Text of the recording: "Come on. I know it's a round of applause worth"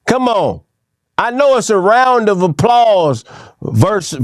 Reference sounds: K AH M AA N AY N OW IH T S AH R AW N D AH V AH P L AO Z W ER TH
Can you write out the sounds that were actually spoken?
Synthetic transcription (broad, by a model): K AH M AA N AY N OW IH T S AH R AW N D AH V AH P L AO Z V ER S